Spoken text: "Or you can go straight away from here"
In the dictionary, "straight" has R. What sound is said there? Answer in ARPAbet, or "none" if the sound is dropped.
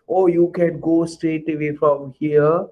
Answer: none